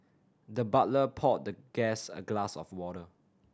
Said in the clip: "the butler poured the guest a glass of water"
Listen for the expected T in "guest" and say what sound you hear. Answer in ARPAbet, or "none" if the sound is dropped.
none